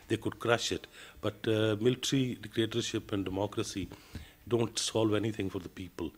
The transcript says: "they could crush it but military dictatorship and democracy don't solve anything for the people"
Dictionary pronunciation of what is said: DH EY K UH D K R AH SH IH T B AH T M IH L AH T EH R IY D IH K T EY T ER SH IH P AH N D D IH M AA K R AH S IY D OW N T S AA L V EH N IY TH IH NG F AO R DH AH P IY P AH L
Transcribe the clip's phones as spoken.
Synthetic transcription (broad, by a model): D EY K UH D K R AH SH IH T B AH T M IH L T R IY D IH K T EY T ER SH IH P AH N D D IH M AA K R AH S IY D OW N T S AA L V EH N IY T IH NG F AO R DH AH P IY P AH L